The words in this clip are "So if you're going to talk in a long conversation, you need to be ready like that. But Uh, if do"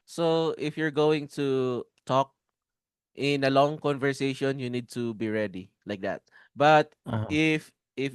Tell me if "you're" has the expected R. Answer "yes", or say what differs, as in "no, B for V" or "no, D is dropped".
yes